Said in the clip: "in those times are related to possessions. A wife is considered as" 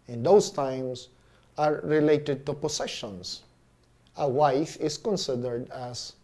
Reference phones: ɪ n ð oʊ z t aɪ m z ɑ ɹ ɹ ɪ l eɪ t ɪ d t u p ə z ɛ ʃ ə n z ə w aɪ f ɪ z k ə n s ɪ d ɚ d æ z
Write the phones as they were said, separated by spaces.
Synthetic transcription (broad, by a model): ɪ n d oʊ s t aɪ m s ɑ ɹ ɹ ɪ l eɪ t ɪ d t u p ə s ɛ ʃ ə n s ə w aɪ f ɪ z k ə n s ɪ d ɚ d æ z